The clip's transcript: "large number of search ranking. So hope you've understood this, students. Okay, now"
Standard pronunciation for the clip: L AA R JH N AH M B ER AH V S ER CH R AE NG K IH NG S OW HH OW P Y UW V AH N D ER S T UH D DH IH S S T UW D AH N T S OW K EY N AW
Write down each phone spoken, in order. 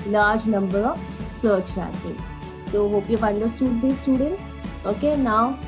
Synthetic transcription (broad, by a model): L AA R JH N AH M B ER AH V S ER CH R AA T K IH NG S OW HH OW P Y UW F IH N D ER S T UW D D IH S S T UW D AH N T S OW K EY N AW